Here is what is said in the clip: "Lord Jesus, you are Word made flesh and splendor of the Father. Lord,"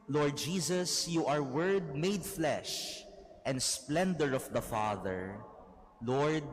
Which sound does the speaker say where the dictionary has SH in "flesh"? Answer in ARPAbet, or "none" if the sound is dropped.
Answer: SH